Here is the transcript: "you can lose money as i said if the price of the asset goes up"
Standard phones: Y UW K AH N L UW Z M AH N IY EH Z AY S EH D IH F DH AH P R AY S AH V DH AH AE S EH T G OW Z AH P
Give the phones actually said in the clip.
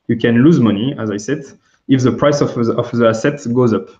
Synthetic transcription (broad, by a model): Y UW K AH N L UW Z M AH N IY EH Z AY S EH D IH F DH AH P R AY S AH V DH AH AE S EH T G OW Z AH P